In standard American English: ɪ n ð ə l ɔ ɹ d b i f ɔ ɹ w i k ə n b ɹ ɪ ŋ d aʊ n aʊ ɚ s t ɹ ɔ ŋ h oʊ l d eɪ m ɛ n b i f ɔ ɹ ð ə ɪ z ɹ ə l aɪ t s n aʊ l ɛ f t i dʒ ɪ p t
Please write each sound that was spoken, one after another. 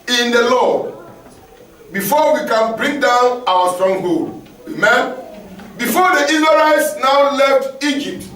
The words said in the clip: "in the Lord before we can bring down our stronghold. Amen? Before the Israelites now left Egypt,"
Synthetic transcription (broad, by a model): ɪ n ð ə l ɔ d b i f ɔ w i k ə n b ɹ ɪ ŋ d aʊ n aʊ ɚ s t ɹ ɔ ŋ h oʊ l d eɪ m ɛ n b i f ɔ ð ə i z ə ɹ aɪ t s n aʊ l ɛ f t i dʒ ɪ p t